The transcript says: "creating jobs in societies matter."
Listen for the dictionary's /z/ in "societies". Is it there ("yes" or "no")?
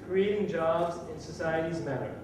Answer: yes